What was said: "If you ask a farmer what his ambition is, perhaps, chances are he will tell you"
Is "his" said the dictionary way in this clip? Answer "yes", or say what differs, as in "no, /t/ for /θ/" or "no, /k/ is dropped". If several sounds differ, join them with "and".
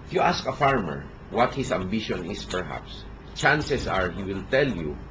no, /s/ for /z/